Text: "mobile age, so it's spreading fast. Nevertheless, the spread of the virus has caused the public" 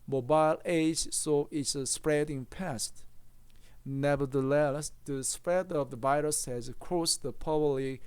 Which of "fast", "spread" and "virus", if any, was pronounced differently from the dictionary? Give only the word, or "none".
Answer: fast